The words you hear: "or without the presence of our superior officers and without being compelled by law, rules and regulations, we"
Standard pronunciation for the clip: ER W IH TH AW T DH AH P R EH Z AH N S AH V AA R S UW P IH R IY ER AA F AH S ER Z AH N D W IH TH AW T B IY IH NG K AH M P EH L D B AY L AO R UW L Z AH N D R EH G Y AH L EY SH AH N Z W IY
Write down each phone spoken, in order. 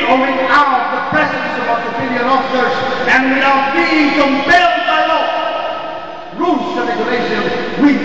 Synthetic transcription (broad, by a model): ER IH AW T DH AH P R EH Z AH N S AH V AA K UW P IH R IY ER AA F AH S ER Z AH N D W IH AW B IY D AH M B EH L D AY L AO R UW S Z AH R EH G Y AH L EY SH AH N W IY